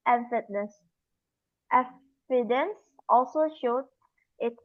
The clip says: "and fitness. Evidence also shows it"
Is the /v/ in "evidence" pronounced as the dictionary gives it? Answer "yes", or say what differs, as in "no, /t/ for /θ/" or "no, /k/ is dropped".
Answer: no, /f/ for /v/